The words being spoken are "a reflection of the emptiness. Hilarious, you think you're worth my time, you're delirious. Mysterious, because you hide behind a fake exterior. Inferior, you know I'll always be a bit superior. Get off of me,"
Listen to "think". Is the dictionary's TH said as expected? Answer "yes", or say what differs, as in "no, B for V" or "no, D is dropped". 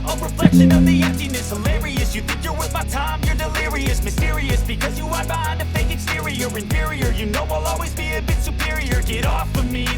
yes